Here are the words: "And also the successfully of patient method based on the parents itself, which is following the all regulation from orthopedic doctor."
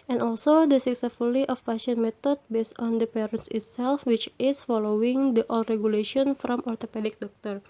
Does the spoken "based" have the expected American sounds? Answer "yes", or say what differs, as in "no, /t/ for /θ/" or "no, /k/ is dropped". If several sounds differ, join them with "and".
yes